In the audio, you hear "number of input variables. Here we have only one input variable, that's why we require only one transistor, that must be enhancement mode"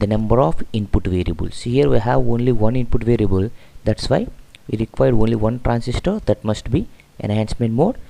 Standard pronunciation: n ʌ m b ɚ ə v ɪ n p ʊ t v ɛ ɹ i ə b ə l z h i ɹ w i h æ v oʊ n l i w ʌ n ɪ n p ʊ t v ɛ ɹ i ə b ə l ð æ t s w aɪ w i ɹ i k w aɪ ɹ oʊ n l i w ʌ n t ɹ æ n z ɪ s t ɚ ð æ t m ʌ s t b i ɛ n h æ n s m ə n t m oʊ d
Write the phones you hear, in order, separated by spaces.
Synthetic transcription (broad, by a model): n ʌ m b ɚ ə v ɪ n p ʊ t v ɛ ɹ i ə b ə l s h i ɹ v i h æ v oʊ n l i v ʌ n ɪ n p ʊ t v ɛ ɹ i ə b ə l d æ t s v aɪ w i ɹ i k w aɪ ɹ oʊ n l i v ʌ n t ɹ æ n s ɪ s t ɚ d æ t m ʌ s t b i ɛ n h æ n s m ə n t m oʊ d